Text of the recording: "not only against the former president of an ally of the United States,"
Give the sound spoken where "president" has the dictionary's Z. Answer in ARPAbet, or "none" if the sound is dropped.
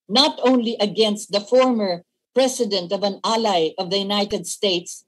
S